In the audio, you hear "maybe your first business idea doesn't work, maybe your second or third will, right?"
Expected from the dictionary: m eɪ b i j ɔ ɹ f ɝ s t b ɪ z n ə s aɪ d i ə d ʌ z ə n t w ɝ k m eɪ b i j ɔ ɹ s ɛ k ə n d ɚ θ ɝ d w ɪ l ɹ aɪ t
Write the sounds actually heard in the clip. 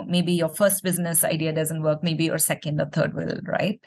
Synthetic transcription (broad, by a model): m eɪ b i j ɔ ɹ f ɝ s t b ɪ z n ə s aɪ d i ə d ʌ z ə n t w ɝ k m eɪ b i j ɔ ɹ s ɛ k ə n d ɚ t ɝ d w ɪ l ɹ aɪ t